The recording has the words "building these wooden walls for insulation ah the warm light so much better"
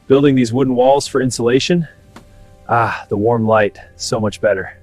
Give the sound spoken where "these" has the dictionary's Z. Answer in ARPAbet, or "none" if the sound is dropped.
Z